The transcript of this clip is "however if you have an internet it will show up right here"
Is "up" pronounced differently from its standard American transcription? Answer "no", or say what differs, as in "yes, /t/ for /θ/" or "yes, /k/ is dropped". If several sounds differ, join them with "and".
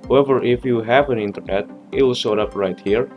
no